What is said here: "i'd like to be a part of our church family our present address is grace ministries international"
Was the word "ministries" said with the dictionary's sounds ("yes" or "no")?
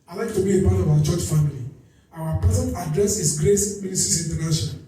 no